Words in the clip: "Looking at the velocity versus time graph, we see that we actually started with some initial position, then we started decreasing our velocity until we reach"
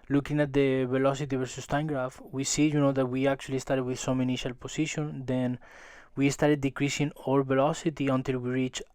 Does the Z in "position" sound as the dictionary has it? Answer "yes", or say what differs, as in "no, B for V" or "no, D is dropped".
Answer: no, S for Z